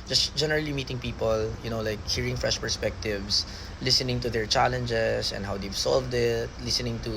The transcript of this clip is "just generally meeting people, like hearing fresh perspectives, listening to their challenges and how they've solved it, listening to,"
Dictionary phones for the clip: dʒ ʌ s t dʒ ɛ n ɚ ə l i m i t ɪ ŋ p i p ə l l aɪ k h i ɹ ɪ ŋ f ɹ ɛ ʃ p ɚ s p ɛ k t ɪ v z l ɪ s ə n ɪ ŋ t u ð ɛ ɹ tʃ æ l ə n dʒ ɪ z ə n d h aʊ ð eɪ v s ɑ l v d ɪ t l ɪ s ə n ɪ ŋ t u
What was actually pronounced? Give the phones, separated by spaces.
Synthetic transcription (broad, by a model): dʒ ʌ s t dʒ ɛ n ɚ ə l i m i t ɪ ŋ p i p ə l l aɪ k h i ɹ ɪ ŋ f ɹ ɛ ʃ p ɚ s p ɛ k t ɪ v s l ɪ s ə n ɪ ŋ t u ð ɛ ɹ tʃ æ l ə n dʒ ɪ s ə n d h aʊ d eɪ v s ɑ l v d ɪ t l ɪ s ə n ɪ ŋ t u